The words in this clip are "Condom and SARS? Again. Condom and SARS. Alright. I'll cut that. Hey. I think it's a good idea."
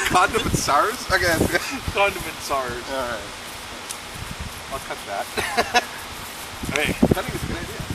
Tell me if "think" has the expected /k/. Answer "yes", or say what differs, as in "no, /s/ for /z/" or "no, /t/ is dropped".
no, /k/ is dropped